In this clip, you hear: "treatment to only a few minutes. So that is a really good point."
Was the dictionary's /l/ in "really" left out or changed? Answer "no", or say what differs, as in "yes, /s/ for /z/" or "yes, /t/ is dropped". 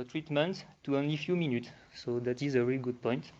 yes, /l/ is dropped